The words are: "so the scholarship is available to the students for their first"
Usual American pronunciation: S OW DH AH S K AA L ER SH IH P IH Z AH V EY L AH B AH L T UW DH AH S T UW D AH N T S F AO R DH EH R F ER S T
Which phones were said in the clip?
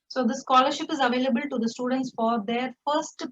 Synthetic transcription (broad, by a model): S OW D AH S K AA L ER SH IH P IH Z AH V EY L AH B AH L T UW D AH S T UW D AH N T S F AO R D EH R F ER S T